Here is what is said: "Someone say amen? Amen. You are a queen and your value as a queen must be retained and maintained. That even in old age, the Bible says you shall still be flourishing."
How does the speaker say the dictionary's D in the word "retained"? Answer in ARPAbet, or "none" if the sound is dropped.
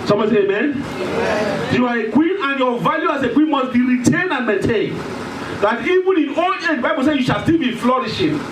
none